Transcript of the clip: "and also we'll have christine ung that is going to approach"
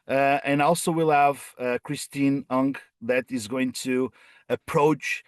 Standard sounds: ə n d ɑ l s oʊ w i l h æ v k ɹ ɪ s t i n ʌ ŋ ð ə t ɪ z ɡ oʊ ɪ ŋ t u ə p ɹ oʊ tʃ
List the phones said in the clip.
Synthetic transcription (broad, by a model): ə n ɑ l s oʊ w i l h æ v k ɹ ɪ s t i n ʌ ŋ ð ə t ɪ z ɡ oʊ ɪ ŋ t u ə p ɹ oʊ tʃ